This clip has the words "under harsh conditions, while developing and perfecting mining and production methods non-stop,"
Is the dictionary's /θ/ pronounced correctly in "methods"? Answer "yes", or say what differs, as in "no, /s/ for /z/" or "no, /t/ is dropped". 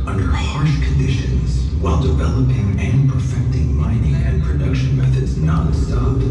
yes